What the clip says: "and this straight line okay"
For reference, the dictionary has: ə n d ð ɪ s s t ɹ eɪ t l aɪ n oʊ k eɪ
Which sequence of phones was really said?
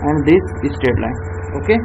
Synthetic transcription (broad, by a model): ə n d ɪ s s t eɪ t l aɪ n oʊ k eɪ